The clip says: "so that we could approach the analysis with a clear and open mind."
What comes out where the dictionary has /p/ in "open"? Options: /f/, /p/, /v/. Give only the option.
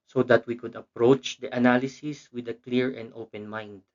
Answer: /p/